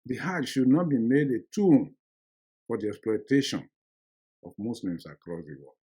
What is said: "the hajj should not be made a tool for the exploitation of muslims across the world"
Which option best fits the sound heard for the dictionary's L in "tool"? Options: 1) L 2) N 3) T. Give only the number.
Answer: 2